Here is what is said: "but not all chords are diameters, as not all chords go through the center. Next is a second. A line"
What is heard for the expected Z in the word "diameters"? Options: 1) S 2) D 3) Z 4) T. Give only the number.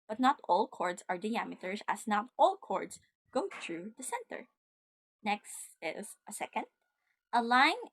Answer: 1